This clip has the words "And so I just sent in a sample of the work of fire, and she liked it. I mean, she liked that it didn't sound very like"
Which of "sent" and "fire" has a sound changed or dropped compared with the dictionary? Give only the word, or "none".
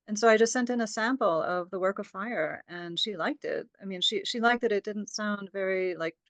none